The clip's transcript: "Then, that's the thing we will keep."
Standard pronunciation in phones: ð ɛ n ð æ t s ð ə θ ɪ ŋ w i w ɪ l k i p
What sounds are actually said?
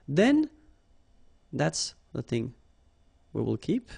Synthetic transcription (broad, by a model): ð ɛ n ð æ t s ð ə θ ɪ ŋ w i w ɪ l k i p